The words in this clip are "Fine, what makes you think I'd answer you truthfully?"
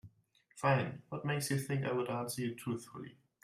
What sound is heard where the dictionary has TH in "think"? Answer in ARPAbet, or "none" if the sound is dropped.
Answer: TH